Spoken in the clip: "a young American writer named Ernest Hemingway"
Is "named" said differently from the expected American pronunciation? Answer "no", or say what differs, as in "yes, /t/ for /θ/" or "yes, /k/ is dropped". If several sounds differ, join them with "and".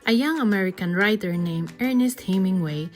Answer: yes, /d/ is dropped